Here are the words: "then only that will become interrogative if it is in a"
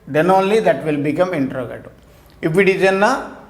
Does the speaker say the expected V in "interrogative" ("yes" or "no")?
no